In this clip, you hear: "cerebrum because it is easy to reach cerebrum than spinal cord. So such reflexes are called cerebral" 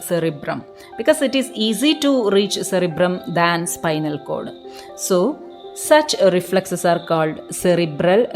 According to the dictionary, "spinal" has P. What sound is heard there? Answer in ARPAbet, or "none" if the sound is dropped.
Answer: P